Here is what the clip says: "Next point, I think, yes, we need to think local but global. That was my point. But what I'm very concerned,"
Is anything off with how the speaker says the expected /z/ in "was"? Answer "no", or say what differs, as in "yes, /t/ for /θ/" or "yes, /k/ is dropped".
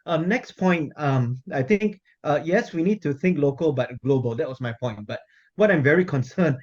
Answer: yes, /s/ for /z/